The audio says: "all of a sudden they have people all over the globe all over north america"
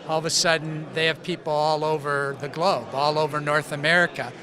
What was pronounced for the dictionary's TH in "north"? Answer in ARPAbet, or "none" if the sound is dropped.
TH